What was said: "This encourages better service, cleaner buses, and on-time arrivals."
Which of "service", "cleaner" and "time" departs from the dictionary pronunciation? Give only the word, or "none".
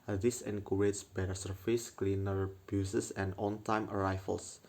service